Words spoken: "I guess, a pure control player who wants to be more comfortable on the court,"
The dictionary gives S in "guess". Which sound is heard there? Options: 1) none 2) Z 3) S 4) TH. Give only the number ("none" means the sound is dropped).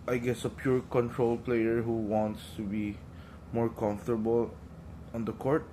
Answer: 3